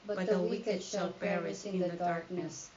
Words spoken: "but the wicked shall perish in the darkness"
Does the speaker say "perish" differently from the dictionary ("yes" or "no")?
yes